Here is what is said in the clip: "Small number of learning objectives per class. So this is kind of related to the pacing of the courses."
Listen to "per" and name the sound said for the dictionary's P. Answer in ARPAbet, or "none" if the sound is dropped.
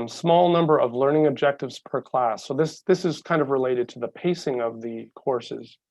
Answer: P